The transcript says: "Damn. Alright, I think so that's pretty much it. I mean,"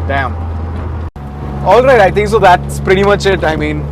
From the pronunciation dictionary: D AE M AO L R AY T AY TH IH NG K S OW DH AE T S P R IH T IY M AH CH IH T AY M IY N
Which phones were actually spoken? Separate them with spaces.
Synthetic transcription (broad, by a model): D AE M AO L R AY T AY T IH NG K S OW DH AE T S P R IH T IY M AH CH IH T AY M IY N